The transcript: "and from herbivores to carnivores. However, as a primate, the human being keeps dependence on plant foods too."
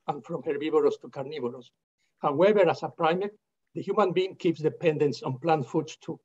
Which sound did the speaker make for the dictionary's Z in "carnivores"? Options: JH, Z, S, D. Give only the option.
S